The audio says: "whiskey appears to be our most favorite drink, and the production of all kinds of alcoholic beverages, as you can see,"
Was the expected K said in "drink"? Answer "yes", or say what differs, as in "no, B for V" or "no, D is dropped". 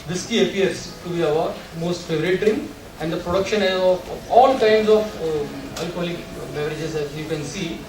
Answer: no, K is dropped